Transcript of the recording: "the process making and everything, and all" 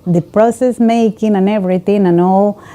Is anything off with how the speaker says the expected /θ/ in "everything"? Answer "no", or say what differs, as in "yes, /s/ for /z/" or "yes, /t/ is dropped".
yes, /t/ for /θ/